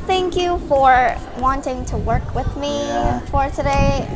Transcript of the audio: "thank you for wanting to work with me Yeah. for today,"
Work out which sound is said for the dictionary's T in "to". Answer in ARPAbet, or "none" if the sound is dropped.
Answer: T